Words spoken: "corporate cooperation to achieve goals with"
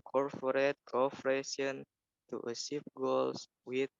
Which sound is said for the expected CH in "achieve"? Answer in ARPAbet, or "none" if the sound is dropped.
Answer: S